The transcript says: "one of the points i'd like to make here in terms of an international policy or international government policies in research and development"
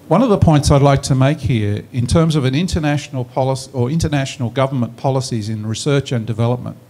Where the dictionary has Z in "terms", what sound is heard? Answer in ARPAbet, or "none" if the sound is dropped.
Z